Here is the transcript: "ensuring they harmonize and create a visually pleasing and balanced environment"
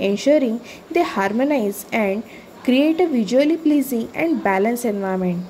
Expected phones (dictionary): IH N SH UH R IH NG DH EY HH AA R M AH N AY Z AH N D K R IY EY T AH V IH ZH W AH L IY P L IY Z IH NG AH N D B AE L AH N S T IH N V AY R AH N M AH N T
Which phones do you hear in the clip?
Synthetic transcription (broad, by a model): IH N SH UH R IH NG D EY HH AA R M AH N AY Z AH N D K R IY EY T AH V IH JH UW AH L IY P L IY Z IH NG AH N D B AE L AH N S IH N V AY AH M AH N T